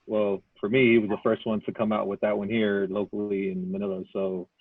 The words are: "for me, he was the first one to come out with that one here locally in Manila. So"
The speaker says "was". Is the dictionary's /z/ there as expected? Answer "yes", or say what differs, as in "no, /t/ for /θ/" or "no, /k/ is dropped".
yes